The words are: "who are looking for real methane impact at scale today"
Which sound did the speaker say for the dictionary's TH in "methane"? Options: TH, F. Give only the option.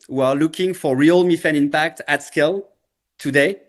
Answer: F